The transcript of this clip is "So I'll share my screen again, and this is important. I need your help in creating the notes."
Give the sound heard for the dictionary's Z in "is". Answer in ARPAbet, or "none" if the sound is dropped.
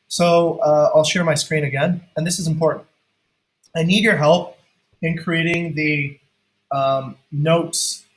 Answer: Z